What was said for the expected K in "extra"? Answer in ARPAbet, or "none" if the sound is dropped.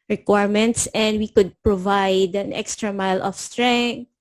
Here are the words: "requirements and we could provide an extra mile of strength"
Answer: K